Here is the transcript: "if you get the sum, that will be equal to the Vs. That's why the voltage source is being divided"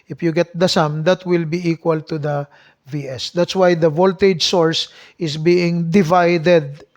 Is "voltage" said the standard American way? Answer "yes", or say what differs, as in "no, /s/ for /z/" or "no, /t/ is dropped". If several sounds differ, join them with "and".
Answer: yes